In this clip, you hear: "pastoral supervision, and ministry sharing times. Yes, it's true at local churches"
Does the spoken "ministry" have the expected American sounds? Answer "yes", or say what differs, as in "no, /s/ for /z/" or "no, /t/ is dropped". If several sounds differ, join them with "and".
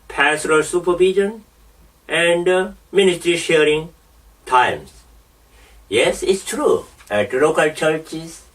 yes